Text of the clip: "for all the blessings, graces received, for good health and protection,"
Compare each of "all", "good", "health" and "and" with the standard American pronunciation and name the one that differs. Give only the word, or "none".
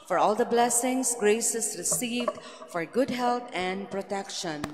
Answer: health